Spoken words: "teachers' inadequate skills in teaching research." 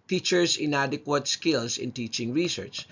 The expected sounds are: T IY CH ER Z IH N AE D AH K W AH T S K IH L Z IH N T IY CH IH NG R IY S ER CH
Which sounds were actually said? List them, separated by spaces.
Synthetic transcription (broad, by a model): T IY CH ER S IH N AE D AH K W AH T S K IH L S IH N T IY CH IH NG R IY S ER CH